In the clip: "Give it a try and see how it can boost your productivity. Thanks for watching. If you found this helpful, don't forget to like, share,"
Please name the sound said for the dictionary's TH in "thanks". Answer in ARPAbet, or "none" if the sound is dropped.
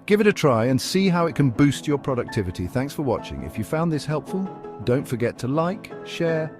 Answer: TH